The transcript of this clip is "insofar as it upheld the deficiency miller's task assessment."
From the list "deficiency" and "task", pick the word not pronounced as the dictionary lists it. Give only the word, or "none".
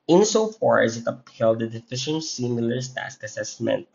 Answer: none